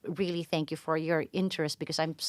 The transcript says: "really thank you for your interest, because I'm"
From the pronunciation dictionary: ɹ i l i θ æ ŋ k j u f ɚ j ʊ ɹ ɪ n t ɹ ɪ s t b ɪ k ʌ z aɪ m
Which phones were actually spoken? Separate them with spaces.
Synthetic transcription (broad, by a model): ɹ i l i θ æ ŋ k j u f ɚ j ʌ ɹ ɪ n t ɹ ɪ s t b ɪ k ʌ z aɪ m